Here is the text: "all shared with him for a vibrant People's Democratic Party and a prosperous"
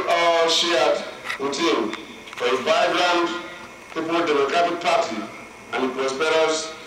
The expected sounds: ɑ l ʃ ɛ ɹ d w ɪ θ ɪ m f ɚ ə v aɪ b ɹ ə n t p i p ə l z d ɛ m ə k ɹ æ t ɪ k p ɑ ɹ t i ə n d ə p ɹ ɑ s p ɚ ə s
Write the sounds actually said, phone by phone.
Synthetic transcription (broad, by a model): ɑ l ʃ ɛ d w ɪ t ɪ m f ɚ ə b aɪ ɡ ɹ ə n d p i p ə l d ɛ m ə k ɹ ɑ t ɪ k p ɑ t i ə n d ə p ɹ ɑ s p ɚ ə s